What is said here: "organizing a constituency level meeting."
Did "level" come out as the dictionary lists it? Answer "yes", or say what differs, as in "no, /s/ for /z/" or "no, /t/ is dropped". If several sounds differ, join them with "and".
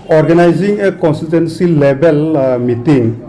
no, /b/ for /v/